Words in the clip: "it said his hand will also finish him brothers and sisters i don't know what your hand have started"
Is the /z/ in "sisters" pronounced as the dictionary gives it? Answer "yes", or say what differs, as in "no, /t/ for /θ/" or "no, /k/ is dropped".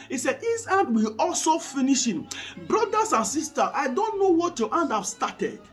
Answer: no, /z/ is dropped